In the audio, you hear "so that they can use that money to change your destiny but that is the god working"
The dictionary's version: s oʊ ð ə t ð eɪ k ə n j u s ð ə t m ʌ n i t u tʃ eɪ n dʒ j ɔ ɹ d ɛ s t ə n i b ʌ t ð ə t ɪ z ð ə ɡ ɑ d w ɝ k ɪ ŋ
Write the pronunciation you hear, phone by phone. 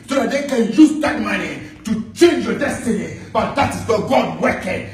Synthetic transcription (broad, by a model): s oʊ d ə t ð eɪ k ə n j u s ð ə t m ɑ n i t u tʃ eɪ n dʒ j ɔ d ɛ s t ə n i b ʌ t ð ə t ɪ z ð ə ɡ ɑ d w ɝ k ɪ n